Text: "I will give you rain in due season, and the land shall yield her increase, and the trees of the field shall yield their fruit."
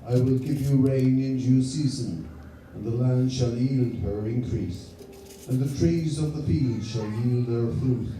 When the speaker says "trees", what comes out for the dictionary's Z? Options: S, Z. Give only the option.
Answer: Z